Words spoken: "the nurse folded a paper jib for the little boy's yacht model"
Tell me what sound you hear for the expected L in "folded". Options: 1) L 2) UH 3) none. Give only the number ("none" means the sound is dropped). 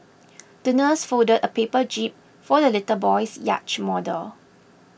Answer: 3